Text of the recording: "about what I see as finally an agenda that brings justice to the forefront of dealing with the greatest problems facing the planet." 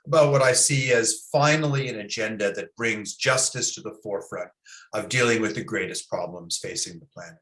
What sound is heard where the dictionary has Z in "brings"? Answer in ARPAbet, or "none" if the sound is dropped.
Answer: Z